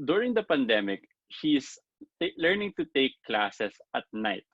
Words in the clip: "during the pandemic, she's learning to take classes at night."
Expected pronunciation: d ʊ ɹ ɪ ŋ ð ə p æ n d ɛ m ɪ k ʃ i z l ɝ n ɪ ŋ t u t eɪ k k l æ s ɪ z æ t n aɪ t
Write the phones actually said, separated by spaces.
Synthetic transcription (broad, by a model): d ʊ ɹ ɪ ŋ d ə p æ n d ɛ m ɪ k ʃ i s l ɝ n ɪ ŋ t u t eɪ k k l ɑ s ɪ s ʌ t n aɪ t